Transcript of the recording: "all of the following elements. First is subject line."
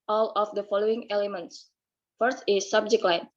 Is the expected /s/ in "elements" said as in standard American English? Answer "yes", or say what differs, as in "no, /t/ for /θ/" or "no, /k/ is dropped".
yes